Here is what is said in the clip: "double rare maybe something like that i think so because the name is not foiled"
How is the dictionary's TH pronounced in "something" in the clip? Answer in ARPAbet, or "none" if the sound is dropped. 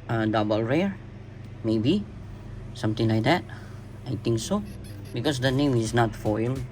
T